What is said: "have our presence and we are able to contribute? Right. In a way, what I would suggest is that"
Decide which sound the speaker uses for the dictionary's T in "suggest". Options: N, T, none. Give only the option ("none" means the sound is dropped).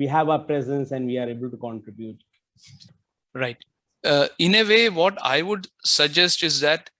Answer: T